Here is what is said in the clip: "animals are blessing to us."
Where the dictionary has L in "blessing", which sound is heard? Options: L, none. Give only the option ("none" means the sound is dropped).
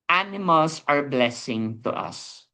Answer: L